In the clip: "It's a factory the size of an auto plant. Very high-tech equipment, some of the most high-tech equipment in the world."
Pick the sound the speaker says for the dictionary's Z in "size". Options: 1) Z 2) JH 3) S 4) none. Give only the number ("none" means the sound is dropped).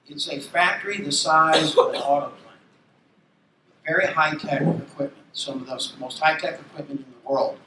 1